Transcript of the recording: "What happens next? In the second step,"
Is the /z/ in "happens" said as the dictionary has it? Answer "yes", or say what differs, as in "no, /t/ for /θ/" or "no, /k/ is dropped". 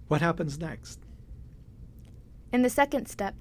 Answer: yes